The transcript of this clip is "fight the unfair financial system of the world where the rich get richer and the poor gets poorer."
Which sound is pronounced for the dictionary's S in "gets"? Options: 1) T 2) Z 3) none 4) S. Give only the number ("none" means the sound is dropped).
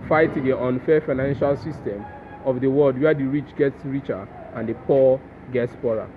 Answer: 4